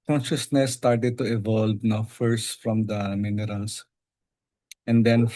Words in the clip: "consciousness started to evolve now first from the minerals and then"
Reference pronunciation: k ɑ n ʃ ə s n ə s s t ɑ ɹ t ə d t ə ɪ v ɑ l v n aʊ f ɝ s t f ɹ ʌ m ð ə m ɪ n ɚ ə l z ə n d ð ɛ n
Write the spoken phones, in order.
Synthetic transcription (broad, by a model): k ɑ n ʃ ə s n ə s s t ɑ ɹ t ə d t ə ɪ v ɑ l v n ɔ f ɝ s t f ɹ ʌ m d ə m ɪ n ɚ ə l s ə n d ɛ n